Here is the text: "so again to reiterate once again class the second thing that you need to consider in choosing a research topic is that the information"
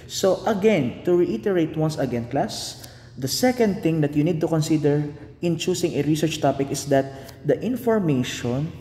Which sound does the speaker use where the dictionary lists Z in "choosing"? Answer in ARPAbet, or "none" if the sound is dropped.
S